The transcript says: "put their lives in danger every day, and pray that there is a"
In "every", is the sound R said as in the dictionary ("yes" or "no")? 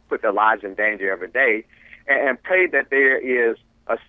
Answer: no